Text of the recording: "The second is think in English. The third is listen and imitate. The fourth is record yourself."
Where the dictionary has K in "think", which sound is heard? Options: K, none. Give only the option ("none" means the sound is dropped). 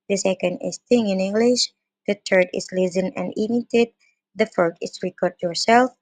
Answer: none